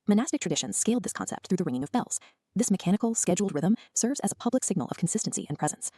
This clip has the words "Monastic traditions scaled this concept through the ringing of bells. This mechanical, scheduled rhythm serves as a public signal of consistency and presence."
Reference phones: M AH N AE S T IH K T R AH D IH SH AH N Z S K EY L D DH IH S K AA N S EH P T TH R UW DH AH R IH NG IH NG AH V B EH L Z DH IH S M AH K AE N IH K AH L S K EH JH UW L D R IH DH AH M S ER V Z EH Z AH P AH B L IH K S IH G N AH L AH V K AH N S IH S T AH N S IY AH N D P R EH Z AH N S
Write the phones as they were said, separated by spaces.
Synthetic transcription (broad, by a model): M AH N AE S T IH K T R AH D IH SH AH N Z S K EY L D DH IH S K AA N S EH P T TH R UW DH AH R IH NG IH NG AH V B EH L Z DH IH S M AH K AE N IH K L S K EH JH UW L D R IH DH AH M S ER V Z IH Z AH P AH B L IH K S IH G N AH L AH V K N S IH S T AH N S IY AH N P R EH Z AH N S